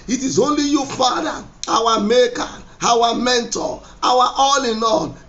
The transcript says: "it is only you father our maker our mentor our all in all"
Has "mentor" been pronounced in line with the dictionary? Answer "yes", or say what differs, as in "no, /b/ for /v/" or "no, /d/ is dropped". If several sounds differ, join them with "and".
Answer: no, /w/ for /ɹ/